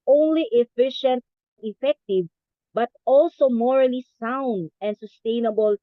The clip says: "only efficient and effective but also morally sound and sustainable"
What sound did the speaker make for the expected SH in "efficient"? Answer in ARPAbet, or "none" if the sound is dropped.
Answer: SH